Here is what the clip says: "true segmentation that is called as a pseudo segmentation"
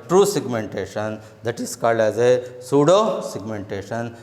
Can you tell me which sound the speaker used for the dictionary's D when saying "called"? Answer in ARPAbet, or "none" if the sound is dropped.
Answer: none